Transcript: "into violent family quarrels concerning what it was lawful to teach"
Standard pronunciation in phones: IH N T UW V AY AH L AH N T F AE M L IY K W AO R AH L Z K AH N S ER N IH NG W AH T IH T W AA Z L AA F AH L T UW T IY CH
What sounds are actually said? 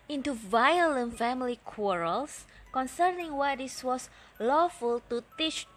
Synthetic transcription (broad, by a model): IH N T UW V AY AH L AH N T F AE M L IY K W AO R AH L S K AH N S ER N IH NG W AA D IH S W AA S L AA F AH L T UW T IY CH